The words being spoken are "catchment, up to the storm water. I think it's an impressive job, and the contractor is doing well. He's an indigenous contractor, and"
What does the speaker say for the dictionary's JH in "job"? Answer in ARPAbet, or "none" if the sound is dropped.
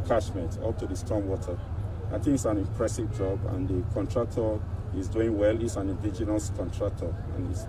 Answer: JH